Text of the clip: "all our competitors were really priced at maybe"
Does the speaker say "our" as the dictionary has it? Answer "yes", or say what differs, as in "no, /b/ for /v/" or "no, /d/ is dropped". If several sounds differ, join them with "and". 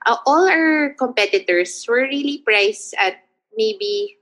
no, /l/ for /ɹ/